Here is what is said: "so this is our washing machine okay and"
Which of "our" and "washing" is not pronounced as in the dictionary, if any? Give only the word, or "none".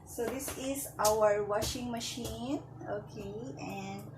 none